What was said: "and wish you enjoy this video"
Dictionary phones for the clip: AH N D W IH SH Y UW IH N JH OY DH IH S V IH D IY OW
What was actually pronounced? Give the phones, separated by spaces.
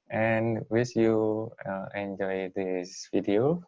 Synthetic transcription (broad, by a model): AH N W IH S Y UW IH N JH OY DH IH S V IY D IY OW